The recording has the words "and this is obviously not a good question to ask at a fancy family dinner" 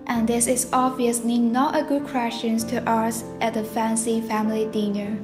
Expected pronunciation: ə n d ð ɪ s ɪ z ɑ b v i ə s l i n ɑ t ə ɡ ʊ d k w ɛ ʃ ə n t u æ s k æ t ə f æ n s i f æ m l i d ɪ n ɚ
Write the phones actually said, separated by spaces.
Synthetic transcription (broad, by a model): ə n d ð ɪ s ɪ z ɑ v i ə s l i n ɑ t ə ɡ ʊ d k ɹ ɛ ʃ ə n t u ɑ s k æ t ə f æ n s i f æ m l i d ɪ n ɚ